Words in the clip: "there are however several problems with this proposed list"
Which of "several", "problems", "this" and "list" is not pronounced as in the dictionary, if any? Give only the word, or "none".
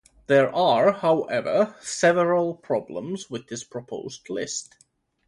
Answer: none